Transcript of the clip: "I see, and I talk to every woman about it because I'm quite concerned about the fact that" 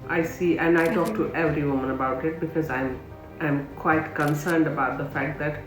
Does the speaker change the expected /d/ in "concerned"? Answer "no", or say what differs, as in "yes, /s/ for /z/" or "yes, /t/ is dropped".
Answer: no